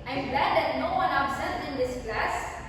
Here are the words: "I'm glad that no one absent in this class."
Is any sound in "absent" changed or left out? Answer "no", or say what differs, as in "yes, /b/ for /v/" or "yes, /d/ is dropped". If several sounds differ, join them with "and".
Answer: yes, /l/ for /n/